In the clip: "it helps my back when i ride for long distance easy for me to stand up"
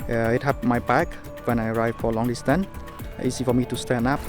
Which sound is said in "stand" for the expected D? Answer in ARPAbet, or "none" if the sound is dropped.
none